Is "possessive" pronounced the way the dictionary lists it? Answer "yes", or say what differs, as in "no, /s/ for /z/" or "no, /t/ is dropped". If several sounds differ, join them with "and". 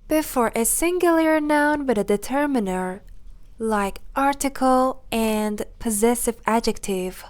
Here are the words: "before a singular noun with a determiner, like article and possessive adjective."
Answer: yes